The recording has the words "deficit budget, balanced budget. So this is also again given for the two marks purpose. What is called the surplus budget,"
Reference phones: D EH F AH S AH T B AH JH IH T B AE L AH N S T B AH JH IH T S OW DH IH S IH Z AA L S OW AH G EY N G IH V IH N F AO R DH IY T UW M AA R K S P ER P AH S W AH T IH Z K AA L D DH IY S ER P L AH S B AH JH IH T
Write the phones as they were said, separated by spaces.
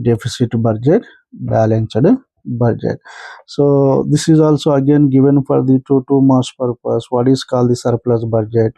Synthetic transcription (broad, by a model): D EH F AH S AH T B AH JH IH T B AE L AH N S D B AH JH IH T S OW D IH S IH Z AA L S OW AH G EY N G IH V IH N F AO R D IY T UW M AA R S P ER P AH S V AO T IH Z K AA L D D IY S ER P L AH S B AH JH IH T